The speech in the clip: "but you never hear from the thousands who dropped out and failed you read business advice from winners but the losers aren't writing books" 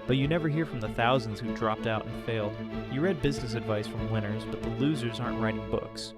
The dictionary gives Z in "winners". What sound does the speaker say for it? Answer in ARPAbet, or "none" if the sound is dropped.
Z